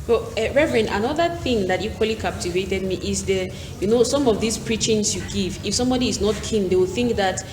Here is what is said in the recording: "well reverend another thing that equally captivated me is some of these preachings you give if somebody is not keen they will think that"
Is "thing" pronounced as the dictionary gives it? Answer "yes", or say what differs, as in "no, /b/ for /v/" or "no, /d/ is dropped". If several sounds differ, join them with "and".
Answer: yes